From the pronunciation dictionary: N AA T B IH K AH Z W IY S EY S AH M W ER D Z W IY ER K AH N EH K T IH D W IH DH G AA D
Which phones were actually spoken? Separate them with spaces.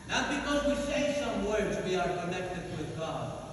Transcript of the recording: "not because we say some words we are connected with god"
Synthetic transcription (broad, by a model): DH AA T B IH K AH Z W IY S EY S AH M W ER D Z W IY ER K AH N EH K T IH D W IH DH G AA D